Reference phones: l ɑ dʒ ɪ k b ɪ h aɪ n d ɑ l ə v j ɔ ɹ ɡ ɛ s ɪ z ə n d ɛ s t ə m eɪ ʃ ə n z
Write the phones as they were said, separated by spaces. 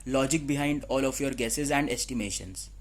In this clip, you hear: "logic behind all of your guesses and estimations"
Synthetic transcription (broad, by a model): l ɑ dʒ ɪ k b ɪ h aɪ n d ɑ l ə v j ɔ ɹ ɡ ɛ s ɪ z ə n d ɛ s t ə m eɪ ʃ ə n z